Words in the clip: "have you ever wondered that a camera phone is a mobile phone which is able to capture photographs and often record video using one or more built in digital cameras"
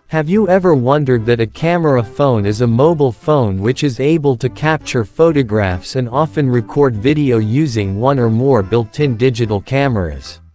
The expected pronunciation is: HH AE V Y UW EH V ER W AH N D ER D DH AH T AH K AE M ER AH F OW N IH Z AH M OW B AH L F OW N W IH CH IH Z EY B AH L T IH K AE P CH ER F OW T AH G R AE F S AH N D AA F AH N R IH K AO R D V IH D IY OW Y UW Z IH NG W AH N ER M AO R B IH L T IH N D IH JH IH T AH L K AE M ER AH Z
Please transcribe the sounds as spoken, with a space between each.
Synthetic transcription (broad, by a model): HH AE V Y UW EH V ER W AH N D ER D DH AH T AH K AE M ER AH F OW N IH Z AH M OW B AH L F OW N W IH CH IH Z EY B AH L T IH K AE P CH ER F OW T AH G R AE F S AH N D AA F AH N R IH K AO R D V IH D IY OW Y UW Z IH NG W AH N ER M AO R B IH L T IH N D IH JH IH T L K AE M ER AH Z